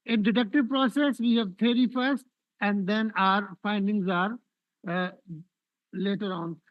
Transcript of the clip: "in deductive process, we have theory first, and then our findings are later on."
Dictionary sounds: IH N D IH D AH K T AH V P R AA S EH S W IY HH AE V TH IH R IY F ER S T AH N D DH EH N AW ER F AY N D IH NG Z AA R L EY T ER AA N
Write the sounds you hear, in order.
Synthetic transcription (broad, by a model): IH N D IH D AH K T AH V P R AA S EH S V IY HH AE V T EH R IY F ER S T AH N D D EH N AW ER F AY N D IH NG Z AA R L EY T ER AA N